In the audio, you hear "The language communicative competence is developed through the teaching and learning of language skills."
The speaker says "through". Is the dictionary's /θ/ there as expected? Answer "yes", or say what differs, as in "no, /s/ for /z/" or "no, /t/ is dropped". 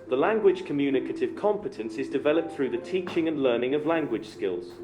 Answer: yes